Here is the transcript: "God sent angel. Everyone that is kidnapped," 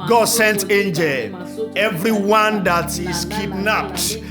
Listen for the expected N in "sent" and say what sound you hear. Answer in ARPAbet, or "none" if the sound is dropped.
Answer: N